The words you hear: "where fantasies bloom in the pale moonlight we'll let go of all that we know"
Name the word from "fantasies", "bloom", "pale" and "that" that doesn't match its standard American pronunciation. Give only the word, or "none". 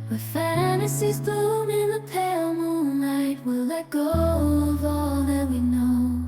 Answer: bloom